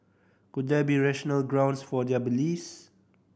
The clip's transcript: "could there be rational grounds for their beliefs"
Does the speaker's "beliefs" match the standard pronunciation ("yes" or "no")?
no